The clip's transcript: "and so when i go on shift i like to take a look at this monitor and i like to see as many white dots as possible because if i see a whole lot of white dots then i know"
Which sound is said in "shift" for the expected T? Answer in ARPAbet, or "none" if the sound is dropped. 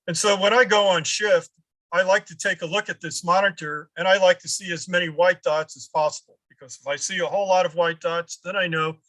T